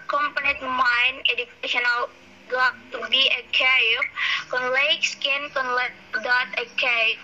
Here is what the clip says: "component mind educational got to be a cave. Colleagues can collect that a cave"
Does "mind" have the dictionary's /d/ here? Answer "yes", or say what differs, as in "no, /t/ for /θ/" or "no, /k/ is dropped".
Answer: no, /d/ is dropped